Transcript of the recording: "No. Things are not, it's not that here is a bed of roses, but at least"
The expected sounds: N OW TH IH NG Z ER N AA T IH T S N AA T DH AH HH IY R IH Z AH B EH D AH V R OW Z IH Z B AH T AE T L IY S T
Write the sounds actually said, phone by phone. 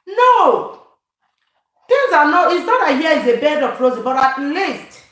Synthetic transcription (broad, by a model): N OW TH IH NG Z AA N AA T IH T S N AA T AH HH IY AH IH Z AH B EH D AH P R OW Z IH B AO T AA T L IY S T